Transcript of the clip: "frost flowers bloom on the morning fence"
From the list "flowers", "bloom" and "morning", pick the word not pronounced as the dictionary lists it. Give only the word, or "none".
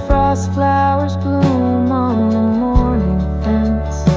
none